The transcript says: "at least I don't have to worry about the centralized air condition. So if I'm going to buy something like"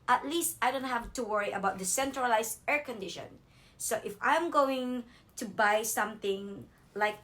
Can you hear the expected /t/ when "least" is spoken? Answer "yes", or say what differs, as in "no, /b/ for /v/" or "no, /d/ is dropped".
yes